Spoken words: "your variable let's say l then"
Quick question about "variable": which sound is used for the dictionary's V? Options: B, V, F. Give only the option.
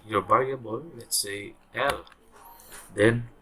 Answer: B